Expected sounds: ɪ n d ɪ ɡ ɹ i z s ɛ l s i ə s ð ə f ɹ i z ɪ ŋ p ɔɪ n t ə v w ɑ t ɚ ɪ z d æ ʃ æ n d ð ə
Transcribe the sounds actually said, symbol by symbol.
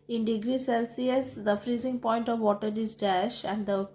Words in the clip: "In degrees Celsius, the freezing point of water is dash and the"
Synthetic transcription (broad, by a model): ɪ n d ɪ ɡ ɹ i s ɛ l s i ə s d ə f ɹ i z ɪ ŋ p ɔɪ n t ə v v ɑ t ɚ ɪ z d æ ʃ æ n d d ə